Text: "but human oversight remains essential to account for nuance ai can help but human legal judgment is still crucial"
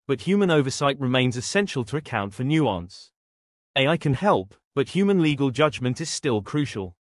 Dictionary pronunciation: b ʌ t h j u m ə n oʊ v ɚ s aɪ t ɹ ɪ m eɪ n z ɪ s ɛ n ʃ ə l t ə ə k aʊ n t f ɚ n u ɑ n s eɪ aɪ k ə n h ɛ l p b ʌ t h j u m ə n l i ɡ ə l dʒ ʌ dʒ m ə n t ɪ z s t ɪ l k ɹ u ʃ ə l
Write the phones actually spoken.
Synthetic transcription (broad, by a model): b ʌ t h j u m ə n oʊ v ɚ s aɪ t ɹ ɪ m eɪ n z ɪ s ɛ n ʃ ə l t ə ə k aʊ n t f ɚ n u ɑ n s eɪ aɪ k ə n h ɛ l p b ʌ t h j u m ə n l i ɡ ə l dʒ ʌ dʒ m ə n t ɪ z s t ɪ l k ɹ u ʃ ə l